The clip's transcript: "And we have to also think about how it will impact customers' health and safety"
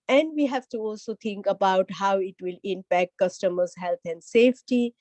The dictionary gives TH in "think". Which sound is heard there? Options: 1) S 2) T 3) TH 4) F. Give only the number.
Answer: 2